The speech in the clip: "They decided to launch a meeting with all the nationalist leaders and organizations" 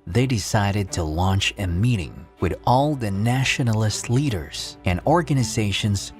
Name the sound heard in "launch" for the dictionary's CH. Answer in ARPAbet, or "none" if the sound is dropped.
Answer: CH